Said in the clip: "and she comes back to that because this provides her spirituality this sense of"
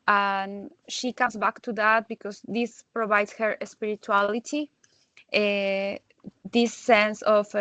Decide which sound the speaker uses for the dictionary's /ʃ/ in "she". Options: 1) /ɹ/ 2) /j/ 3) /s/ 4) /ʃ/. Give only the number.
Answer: 4